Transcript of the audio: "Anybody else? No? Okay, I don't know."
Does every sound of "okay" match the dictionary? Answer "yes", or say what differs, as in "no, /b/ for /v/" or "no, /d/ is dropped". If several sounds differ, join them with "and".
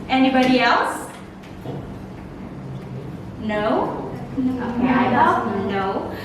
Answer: no, /k/ is dropped